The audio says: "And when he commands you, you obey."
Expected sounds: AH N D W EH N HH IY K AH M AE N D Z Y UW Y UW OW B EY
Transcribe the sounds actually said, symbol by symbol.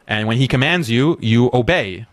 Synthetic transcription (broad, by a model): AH N W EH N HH IY K AH M AE N D Z Y UW Y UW OW B EY